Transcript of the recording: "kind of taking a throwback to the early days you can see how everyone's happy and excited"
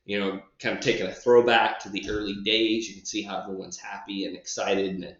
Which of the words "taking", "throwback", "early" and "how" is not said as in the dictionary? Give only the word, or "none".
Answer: none